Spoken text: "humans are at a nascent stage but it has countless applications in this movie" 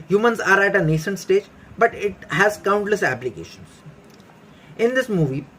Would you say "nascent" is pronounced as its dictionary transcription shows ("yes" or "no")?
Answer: no